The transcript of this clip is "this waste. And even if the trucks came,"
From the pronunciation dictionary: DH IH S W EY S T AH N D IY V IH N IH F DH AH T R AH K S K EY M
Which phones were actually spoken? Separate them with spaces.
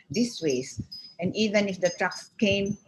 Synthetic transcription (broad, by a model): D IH S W EY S AH N D IY V IH N IH F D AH T R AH K S K EY M